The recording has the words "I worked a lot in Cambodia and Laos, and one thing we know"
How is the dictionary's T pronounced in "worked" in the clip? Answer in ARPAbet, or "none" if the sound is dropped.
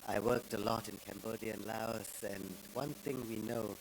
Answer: T